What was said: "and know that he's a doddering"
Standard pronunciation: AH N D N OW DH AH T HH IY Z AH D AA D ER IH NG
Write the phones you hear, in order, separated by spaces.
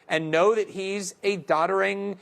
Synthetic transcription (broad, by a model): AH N N OW DH AH T HH IY Z AH D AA D ER IH NG